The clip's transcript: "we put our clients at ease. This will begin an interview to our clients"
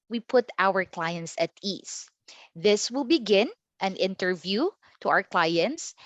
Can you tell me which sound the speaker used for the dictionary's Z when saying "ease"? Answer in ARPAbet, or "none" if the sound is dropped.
S